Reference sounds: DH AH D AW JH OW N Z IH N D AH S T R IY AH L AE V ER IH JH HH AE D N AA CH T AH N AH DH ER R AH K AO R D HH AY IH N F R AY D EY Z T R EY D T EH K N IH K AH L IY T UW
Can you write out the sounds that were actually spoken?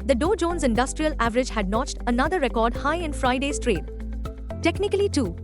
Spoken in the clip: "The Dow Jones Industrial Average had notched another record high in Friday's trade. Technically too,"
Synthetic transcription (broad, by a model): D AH D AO JH OW N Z IH N D AH S T R IY AH L AE V ER IH JH HH AE D N AA CH T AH N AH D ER R AH K AO R D HH AY IH N F R AY D EY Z T R EY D T EH K N IH K AH L IY T UW